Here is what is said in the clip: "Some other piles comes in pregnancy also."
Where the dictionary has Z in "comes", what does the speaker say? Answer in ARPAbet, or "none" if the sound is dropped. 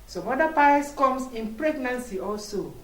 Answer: S